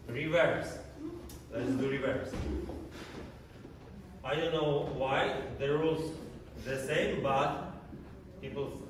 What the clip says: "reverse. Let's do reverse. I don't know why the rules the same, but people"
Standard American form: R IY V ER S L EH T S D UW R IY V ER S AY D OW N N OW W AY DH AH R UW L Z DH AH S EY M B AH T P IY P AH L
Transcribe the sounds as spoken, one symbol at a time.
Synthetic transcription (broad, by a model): R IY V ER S L EH T S D UW R IY V ER S AY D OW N N OW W AY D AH R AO Z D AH S EY M B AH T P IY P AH L